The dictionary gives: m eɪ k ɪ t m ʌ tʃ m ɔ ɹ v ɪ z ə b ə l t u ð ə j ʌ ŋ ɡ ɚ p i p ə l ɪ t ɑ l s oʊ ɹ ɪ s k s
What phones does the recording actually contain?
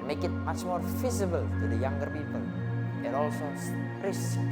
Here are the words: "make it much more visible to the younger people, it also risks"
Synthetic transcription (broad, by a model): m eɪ k ɪ t m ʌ tʃ m ɔ ɹ f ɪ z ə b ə l t u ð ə j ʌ ŋ ɡ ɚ p i p ə l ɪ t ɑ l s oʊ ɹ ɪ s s